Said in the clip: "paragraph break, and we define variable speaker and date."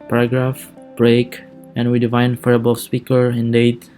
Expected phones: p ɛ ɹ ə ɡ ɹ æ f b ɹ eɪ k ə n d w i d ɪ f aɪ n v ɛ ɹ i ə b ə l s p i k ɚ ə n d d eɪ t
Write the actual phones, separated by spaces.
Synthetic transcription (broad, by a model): p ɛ ɹ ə ɡ ɹ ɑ f b ɹ eɪ k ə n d w i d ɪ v aɪ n f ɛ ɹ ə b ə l s p i k ɚ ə n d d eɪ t